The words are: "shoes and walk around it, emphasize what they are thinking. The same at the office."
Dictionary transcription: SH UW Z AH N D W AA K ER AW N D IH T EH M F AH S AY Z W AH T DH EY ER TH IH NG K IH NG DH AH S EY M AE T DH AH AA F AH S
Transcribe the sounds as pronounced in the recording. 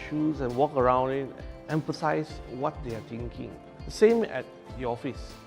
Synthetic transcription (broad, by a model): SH UW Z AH N W AA K ER AW N D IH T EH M F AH S AY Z W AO T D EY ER T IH NG K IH NG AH S EY M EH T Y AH AA F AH S